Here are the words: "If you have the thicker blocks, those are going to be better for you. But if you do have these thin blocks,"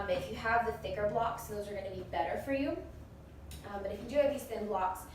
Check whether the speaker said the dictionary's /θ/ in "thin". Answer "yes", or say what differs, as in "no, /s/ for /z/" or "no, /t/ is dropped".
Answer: yes